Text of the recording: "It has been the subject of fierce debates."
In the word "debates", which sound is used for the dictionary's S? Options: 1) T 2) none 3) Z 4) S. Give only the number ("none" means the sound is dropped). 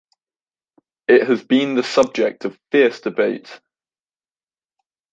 2